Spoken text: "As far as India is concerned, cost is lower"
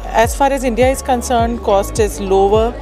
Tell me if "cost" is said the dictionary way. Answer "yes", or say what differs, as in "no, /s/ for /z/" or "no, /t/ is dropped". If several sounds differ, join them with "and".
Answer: yes